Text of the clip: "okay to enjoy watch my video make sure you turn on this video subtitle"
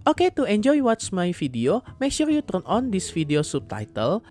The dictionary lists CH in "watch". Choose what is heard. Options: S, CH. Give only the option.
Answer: S